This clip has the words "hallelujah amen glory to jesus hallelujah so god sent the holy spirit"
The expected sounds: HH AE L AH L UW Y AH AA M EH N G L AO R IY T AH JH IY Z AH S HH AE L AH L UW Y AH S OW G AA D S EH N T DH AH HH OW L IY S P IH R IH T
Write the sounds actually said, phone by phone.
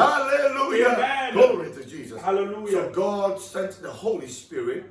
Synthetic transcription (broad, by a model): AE L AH L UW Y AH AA AH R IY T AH JH IY Z AH S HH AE L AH L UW Y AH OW G AA D S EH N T DH AH HH OW L IY S P IH R IH T